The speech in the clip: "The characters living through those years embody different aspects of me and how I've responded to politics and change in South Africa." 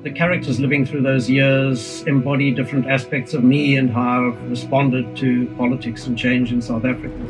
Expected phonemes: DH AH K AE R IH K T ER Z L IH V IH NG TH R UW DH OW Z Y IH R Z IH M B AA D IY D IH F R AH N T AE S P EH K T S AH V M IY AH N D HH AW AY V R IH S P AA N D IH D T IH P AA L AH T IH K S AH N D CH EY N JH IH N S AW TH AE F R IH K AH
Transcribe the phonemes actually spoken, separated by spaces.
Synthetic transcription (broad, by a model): DH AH K AE R IH K T ER Z L IH V IH NG TH R UW DH OW Z Y IH R Z IH M B AA D IY D IH F R AH N T AE S P EH K T S AH V M IY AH N HH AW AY V R IH S P AA N D IH D T IH P AA L AH T IH K S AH N CH EY N JH IH N S AW TH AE F R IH K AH